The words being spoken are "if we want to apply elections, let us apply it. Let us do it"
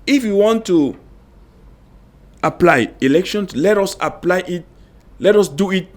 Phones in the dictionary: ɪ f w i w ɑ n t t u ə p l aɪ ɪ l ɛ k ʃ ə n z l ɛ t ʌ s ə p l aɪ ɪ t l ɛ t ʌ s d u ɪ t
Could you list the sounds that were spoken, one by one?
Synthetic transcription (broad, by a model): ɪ f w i w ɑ n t t u ə p l aɪ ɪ l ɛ k ʃ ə n s l ɛ t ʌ s ə p l aɪ ɪ t l ɛ t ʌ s d u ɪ t